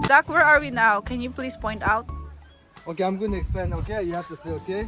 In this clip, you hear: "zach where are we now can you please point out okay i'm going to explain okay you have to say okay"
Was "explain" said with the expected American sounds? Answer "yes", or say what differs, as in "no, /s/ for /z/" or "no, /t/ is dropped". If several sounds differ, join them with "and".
no, /l/ is dropped